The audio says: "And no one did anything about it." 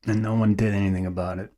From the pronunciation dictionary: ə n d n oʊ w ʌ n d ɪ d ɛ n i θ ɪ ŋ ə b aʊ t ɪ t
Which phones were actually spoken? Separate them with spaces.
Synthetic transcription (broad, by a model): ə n n oʊ w ʌ n d ɪ d ɛ n i θ ɪ ŋ ə b aʊ t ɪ t